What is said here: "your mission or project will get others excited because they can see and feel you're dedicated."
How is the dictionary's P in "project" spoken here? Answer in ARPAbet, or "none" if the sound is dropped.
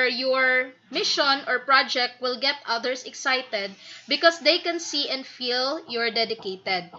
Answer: P